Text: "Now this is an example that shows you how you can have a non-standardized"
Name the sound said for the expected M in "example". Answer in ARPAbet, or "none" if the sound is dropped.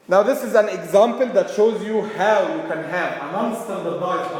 M